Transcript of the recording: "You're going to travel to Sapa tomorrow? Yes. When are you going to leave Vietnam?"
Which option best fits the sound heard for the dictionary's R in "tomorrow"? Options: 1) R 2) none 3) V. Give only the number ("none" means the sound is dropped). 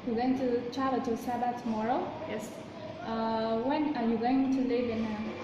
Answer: 1